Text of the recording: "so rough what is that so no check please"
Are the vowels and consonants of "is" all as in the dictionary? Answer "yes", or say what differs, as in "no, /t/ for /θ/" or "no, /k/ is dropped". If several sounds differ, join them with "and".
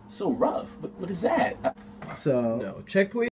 yes